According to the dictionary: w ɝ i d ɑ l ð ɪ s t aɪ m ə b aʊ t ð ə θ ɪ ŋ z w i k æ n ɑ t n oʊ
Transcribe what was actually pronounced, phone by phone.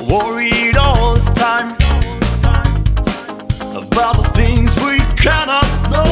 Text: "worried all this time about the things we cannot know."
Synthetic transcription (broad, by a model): w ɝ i d ɑ l ð ɪ s t aɪ m ə b aʊ t ð ə θ ɪ ŋ z w i k æ n ɑ t n oʊ